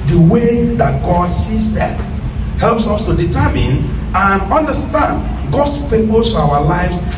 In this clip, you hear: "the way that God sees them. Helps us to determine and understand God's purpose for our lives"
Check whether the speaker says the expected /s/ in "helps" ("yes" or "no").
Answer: yes